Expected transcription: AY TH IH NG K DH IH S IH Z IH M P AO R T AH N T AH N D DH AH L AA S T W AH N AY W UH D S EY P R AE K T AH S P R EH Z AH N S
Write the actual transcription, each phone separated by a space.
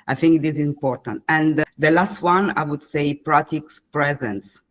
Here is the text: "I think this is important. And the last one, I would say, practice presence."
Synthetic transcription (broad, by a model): AY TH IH NG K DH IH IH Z IH M P AO R T AH N T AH N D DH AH L AA S T W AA N AY W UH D S EY P R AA T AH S P R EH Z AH N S